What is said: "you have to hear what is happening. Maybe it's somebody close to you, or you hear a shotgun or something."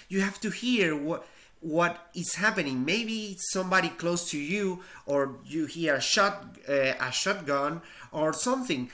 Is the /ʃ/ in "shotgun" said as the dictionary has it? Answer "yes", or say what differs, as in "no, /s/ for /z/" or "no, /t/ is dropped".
yes